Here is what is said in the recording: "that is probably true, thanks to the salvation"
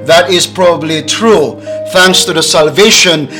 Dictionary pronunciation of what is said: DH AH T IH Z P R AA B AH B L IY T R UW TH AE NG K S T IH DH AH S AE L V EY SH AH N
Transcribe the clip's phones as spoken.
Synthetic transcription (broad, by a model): DH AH T IH Z P R AA B AH B L IY T R UW TH AE NG K S T IH DH AH S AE L V EY SH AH N